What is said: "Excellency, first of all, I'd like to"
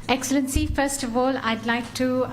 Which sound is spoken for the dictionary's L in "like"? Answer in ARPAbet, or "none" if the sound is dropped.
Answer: L